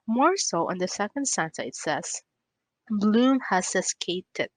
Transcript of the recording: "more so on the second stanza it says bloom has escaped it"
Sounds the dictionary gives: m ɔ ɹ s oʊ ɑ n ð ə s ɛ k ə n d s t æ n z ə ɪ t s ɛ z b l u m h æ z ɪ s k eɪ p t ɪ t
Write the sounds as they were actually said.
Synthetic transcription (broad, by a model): m ɔ ɹ s oʊ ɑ n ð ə s ɛ k ə n d s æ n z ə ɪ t s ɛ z b l u m h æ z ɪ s k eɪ t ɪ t